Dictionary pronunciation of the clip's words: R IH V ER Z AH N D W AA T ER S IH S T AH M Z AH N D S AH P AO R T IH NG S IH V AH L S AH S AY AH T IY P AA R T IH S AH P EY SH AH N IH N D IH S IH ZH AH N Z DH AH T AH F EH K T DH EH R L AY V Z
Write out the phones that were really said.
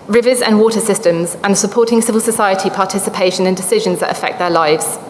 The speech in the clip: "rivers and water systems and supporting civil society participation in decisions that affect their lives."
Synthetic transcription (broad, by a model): R IH V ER Z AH N W AA T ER S IH S T AH M Z AH N S AH P AO T IH NG S IH V AH L S AH S AY AH T IY P AA T IH S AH P EY SH AH N IH N D IH S IH ZH AH N Z DH AH T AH F EH K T DH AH L AY V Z